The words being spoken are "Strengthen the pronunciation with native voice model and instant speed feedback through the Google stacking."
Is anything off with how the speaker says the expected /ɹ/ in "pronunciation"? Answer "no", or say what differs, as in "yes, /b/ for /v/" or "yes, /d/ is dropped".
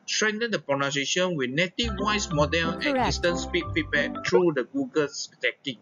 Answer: yes, /ɹ/ is dropped